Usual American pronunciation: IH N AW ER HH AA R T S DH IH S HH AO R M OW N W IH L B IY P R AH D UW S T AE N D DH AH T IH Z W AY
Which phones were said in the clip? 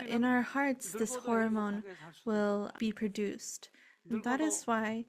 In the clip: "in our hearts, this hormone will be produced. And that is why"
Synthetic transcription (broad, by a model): IH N AW ER HH AA R T S DH IH S HH AO R M OW N W IH L B IY P R AH D UW S T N DH AH T IH Z W AY